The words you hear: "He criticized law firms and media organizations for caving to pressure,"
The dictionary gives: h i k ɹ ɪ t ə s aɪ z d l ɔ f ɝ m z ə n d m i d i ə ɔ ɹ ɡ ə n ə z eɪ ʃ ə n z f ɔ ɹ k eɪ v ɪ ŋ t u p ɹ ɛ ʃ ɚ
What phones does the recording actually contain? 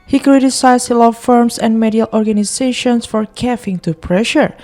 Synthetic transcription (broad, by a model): h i k ɹ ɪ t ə s aɪ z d l ɔ f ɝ m s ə n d m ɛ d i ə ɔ ɹ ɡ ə n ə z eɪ ʃ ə n s f ɔ ɹ k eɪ f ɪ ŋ t u p ɹ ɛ ʃ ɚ